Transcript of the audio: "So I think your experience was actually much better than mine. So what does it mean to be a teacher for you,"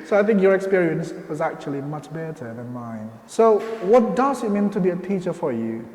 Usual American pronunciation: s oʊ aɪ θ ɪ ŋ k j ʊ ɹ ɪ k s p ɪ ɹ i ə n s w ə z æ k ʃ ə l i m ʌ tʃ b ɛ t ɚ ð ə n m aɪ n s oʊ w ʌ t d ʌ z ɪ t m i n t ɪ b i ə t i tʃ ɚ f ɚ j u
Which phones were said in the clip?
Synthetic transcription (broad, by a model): s oʊ aɪ θ ɪ ŋ k j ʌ ɹ ɪ k s p ɪ ɹ i ə n s w ə z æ k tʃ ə l i m ʌ tʃ b ɛ t ɚ ð ə n m aɪ n s oʊ w ʌ t d ʌ z ɪ t m i n t ɪ b i ə t i tʃ ɚ f ɚ j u